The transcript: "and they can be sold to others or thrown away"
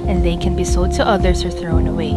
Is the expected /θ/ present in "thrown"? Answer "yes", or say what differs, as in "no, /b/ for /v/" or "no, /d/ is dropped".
yes